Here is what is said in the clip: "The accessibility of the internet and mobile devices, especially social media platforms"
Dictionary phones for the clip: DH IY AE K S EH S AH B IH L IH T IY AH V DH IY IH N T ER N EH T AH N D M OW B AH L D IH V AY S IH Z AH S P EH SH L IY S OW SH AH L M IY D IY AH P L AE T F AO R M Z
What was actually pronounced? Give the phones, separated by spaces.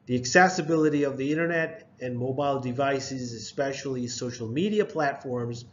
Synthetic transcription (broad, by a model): DH IY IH K S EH S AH B IH L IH T IY AH V DH IY IH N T ER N EH T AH N M OW B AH L D IH V AY S IH Z AH S P EH SH L IY S OW SH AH L M IY D IY AH P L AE T F AO R M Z